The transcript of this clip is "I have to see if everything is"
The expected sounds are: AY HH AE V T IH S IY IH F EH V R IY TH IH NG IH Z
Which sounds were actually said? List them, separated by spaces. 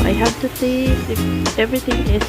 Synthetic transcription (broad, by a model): AY HH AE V T IH TH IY IH F EH V R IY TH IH NG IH